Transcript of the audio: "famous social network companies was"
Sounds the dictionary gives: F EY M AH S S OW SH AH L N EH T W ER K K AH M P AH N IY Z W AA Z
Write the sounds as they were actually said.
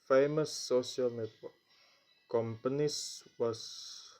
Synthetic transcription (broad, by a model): F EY M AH S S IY AH L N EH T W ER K K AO M P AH N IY S W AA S